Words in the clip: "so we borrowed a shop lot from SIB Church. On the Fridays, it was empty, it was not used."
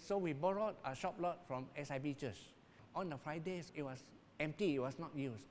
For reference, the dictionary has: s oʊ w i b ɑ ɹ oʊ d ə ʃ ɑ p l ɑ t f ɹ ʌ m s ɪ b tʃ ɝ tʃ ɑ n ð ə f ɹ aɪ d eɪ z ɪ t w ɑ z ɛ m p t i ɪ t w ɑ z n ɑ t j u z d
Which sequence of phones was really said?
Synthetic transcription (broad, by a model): s oʊ w i b ɑ ɹ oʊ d ə ʃ ɑ p l ɑ t f ɹ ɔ m s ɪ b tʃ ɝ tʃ ɑ n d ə f ɹ aɪ d eɪ s ɪ t w ɑ s ɛ m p t i ɪ t w ɑ s n ɑ t j u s